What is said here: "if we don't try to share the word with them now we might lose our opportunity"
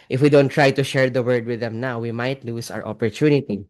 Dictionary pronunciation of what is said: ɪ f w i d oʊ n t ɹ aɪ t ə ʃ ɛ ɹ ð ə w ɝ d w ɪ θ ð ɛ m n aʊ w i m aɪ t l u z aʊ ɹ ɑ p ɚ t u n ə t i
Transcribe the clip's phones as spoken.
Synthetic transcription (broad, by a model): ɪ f w i d oʊ n t ɹ aɪ t ə ʃ ɛ ɹ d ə w ɝ d w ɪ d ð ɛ m n aʊ w i m aɪ t l u s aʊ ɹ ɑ p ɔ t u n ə t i